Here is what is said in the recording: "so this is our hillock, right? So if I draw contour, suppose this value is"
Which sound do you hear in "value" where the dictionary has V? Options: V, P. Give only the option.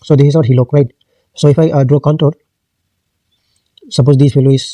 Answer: P